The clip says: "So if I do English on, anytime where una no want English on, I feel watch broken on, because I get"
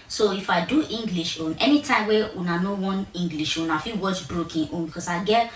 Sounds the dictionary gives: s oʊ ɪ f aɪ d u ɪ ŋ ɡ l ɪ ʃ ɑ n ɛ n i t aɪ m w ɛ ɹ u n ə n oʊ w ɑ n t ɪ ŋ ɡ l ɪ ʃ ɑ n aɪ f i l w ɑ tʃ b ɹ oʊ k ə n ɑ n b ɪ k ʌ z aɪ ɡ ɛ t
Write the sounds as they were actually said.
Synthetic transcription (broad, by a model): s oʊ ɪ f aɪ d u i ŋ ɡ l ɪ ʃ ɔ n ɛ n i t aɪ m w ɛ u n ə n oʊ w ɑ n i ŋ ɡ l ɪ ʃ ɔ n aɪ f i w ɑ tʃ b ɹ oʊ k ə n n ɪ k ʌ s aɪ ɡ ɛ